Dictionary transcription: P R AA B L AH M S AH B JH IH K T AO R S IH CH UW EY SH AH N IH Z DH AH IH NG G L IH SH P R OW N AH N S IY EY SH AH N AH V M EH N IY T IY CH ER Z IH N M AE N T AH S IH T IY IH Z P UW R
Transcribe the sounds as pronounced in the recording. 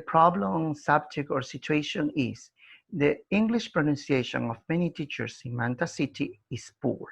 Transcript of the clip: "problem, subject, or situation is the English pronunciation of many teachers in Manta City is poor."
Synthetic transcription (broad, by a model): P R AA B L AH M S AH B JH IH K AO R S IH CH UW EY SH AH N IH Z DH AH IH NG G L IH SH P R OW N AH N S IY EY SH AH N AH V M EH N IY T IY CH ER S IH N M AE N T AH S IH T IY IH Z P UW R